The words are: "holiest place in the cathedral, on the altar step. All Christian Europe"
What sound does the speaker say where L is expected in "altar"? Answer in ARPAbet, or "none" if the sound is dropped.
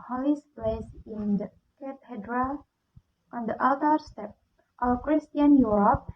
none